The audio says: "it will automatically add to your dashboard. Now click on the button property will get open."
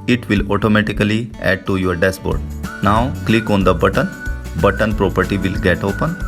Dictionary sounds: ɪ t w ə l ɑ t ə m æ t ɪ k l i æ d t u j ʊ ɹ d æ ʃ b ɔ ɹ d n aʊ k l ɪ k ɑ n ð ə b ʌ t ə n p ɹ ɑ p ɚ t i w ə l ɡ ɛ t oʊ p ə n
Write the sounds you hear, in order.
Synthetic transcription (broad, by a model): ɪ t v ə l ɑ t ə m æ t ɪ k l i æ d t u j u ɹ d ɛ s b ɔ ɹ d n aʊ k l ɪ k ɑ n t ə b ʌ t ə n p ɹ ɑ p ɚ t i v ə l ɡ ɛ t oʊ p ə n